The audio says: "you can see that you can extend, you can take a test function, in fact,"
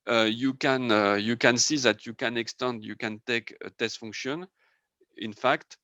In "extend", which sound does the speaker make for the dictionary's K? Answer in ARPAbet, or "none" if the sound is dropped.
K